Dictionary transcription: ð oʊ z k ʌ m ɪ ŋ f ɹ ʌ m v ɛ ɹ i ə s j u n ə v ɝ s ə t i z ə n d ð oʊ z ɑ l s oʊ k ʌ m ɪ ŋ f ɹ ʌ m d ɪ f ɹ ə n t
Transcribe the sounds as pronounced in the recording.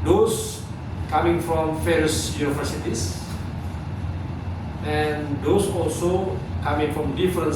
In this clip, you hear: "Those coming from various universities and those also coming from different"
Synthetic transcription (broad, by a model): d oʊ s k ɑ m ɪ ŋ f ɹ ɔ m f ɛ ɹ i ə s j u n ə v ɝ s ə t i s ə n d oʊ s ɑ l s oʊ k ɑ m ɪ ŋ f ɹ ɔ m d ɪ f ɹ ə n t